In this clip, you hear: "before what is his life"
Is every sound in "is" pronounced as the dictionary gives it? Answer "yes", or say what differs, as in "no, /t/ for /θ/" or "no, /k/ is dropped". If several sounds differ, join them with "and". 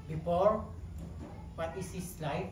no, /s/ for /z/